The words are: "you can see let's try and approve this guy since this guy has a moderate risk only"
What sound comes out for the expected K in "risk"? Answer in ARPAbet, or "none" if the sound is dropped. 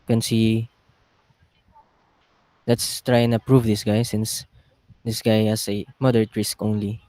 K